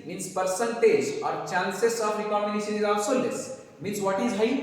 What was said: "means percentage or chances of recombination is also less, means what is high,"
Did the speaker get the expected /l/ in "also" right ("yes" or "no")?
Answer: no